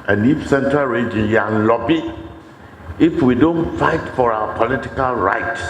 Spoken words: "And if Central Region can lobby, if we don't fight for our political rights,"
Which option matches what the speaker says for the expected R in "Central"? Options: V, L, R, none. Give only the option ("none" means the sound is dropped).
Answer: R